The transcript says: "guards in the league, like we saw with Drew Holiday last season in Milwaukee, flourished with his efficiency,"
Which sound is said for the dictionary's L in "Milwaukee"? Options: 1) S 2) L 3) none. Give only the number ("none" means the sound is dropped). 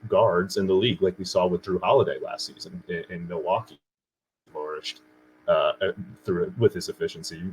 3